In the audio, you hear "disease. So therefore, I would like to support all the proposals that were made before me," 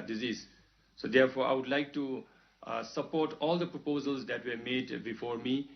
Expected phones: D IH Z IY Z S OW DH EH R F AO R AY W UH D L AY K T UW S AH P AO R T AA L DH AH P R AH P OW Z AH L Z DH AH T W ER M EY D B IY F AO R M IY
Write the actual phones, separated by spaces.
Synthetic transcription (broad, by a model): D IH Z IY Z S OW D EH R P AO R AY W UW D L AY K T UW S AH P AO R T AA L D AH P R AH P OW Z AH L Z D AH T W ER M EY D B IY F AO R M IY